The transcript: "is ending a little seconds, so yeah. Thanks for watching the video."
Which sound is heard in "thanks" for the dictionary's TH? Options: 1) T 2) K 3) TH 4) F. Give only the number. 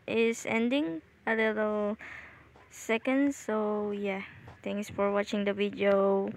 1